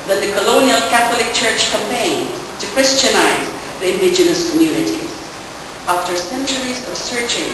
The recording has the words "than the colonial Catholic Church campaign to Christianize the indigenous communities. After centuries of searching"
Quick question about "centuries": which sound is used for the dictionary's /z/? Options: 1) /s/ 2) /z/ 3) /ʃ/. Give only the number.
2